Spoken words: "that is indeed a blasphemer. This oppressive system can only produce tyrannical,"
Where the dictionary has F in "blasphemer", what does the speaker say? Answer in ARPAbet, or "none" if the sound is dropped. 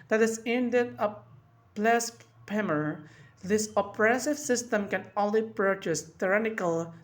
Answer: P